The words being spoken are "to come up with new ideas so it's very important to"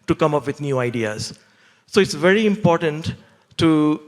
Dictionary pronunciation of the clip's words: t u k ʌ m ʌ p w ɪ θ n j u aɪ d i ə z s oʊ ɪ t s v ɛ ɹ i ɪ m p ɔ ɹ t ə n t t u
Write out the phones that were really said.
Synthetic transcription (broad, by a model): t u k ʌ m ʌ p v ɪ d n j u aɪ d i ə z s oʊ ɪ t s v ɛ ɹ i ɪ m p ɔ ɹ t ə n t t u